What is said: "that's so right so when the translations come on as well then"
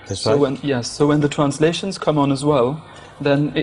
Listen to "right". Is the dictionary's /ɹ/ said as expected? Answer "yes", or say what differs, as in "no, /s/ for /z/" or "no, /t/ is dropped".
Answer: no, /w/ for /ɹ/